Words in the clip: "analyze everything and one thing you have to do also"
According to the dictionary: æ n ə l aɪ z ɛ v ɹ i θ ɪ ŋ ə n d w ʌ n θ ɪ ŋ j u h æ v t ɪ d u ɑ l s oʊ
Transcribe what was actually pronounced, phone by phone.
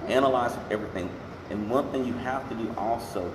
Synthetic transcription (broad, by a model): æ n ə l aɪ z ɛ v ɹ i θ ɪ ŋ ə n w ʌ n θ ɪ ŋ j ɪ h æ f t ɪ d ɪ ɑ l s oʊ